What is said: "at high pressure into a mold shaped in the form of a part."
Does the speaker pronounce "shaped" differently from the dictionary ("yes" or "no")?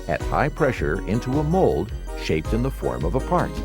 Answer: no